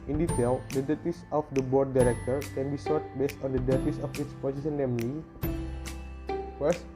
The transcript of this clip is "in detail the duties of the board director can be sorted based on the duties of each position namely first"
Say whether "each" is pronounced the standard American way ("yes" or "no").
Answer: no